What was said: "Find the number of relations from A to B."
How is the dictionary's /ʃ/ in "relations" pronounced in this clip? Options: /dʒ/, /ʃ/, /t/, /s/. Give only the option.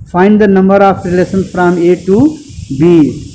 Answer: /s/